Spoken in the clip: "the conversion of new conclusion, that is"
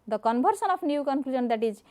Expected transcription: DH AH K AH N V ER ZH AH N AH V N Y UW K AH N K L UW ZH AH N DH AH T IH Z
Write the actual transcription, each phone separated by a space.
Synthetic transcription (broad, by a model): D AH K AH N B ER S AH N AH P N Y UW K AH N K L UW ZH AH N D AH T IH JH